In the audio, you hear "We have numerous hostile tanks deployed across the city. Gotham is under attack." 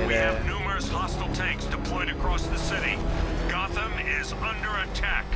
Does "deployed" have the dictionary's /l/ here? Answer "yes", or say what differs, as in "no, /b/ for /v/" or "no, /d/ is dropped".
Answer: no, /l/ is dropped